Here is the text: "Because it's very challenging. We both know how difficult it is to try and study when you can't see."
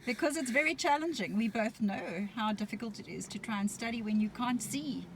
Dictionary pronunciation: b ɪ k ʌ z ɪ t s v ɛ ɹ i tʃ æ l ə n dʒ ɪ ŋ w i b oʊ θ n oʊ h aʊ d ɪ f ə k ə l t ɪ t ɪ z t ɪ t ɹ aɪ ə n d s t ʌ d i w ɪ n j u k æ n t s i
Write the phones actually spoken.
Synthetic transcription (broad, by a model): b ɪ k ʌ z ɪ t s v ɛ ɹ i tʃ æ l ə n dʒ ɪ ŋ w i b oʊ θ n oʊ h aʊ d ɪ f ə k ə l t ɪ t ɪ z t ɪ t ɹ aɪ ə n s t ʌ d i w ɪ n j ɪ k æ n t s i